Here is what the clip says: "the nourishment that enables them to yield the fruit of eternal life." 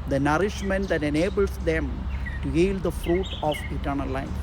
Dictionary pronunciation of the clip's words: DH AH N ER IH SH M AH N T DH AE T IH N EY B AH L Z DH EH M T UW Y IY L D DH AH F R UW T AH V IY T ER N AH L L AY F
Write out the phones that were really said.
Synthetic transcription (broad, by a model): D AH N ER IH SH M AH N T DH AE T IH N EY B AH L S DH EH M T UW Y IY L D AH F R UW T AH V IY T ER N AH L L AY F